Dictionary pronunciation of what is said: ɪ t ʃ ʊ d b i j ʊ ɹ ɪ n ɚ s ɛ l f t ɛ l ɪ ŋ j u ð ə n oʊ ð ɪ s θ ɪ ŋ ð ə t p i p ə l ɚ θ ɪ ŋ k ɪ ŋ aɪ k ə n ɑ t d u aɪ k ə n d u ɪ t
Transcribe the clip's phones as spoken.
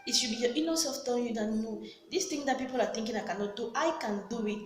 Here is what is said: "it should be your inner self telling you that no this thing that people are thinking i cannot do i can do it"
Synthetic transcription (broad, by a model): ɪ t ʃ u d b i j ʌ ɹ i n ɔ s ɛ f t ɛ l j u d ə n oʊ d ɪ s t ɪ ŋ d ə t p i p ə l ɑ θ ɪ ŋ k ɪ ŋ aɪ k ə n ɑ t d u aɪ k ə n d u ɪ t